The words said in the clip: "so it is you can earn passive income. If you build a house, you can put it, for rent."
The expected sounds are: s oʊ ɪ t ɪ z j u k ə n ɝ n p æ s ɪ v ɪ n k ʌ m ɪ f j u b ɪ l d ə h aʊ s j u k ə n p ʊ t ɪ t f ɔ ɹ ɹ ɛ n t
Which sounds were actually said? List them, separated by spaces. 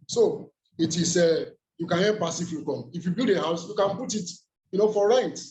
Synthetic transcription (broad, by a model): s oʊ ɪ t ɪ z j u k ə n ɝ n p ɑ s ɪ f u k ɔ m ɪ f j u b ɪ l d ə h aʊ s j u k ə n p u t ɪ t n ɔ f ɹ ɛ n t